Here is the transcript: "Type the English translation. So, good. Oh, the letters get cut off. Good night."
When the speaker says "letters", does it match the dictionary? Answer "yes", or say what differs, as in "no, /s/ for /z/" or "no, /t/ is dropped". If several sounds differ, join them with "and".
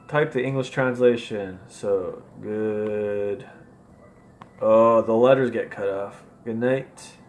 yes